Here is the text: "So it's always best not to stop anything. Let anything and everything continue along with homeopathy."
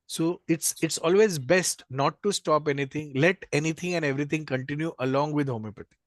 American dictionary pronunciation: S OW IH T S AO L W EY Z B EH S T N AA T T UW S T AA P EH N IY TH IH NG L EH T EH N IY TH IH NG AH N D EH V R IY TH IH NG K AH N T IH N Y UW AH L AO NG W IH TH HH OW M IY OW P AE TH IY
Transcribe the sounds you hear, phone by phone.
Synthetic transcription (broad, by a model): S OW IH T S AO L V EY Z B EH S T N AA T T UW S T AA P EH N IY T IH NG L EH T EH N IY T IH NG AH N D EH V R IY T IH NG K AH N T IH N Y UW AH L AO NG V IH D HH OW M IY P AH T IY